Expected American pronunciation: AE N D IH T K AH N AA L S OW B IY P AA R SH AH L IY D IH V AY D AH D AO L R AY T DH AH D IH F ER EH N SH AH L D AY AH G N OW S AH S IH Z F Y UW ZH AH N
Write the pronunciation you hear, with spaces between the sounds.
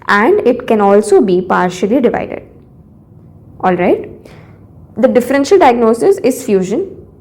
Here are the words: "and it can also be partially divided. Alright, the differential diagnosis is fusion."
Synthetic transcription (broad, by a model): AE N D IH T K AH N AA L S OW B IY P AA R SH AH L IY D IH V AY D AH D AO L R AY T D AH D IH F ER EH N SH AH L D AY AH G N OW S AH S IH Z F Y UW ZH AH N